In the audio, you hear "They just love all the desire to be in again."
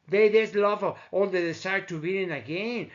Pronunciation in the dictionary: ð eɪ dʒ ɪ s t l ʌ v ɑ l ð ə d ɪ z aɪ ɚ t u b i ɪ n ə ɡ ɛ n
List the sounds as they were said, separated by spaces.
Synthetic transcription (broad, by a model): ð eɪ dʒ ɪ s l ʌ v ɑ l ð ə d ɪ s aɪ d t u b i ɪ n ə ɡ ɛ n